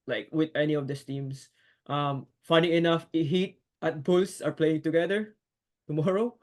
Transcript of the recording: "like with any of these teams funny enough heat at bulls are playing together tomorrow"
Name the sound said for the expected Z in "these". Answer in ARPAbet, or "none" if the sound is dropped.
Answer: S